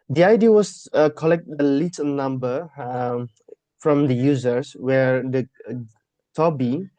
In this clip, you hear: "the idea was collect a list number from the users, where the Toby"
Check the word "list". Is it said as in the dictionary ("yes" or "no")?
no